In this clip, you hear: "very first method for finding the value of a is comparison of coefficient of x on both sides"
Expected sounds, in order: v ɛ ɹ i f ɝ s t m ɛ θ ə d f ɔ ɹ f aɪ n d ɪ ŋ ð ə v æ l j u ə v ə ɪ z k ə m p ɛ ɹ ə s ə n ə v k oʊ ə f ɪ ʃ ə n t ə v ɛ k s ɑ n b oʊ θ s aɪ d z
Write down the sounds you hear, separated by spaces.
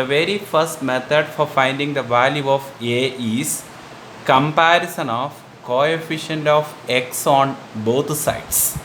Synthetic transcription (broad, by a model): v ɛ ɹ i f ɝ s t m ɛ t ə d f ɔ ɹ f aɪ n d ɪ ŋ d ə v æ l j u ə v ə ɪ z k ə m p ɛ ɹ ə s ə n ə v k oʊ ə f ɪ ʃ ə n t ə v ɛ k s ɑ n b oʊ t s aɪ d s